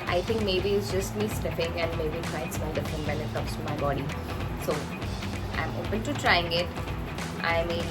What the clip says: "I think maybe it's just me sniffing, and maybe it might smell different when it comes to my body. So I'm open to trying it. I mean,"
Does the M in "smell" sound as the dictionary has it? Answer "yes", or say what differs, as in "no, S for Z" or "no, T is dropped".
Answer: no, M is dropped